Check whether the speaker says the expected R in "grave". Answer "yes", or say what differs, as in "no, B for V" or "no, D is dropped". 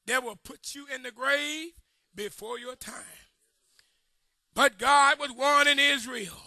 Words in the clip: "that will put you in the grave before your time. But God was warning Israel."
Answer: yes